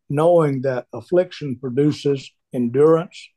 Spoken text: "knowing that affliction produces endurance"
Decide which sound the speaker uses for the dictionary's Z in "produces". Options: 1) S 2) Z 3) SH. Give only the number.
2